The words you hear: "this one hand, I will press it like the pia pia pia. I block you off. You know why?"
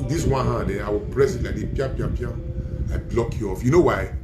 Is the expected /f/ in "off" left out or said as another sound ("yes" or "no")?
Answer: no